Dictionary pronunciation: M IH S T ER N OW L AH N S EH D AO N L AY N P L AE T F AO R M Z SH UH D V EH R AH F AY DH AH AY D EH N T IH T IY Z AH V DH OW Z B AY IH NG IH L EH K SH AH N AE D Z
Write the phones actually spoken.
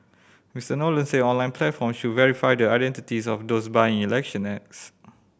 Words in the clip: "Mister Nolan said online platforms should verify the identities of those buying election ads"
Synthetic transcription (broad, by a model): M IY S T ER N OW L AH N S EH AO N L AY N P L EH T F AO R M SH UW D V EH R AH F AY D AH AY D EH N T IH T IY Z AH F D OW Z B AY IH NG IH L EH K SH AH N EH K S